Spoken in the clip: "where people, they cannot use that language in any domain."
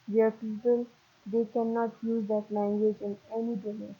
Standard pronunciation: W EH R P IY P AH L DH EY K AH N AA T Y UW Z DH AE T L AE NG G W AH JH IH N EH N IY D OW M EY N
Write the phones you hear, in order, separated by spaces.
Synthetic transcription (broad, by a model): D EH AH P IY P AH L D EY K AH N AA T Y UW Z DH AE T L AE NG G W AH JH IH N EH N IY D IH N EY